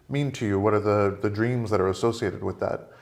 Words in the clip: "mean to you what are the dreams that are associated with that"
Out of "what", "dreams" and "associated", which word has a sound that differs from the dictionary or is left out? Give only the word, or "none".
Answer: none